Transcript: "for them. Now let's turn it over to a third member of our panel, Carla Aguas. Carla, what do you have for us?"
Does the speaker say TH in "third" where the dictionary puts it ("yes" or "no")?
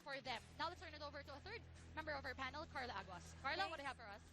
yes